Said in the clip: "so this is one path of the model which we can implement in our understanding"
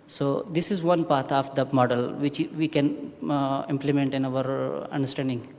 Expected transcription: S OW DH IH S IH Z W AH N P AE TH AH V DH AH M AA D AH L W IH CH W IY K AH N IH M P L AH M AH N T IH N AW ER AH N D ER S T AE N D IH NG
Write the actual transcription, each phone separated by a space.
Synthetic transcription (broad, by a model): S OW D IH S IH Z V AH N P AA T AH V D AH M AA D AH L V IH CH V IY K AH N IH M P L AH M AH N T IH N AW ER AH N D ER S T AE N D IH NG